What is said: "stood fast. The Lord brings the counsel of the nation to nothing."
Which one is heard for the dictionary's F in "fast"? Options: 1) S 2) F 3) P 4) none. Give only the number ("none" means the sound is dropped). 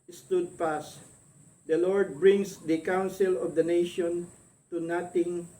3